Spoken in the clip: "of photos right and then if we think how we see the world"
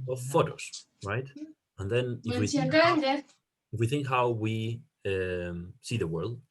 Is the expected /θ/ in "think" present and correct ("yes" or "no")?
yes